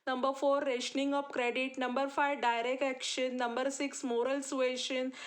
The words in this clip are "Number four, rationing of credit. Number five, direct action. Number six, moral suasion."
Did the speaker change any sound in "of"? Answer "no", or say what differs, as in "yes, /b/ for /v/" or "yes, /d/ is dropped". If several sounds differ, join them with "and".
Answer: yes, /p/ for /v/